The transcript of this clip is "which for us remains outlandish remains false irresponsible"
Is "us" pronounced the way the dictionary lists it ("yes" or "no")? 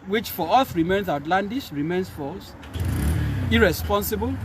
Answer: no